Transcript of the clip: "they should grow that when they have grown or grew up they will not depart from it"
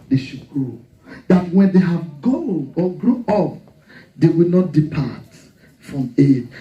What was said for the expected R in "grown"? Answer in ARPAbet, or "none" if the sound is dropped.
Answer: none